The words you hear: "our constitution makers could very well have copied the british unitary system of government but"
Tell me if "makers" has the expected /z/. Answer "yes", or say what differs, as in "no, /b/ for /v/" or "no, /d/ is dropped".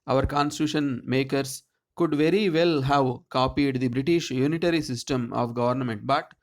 no, /s/ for /z/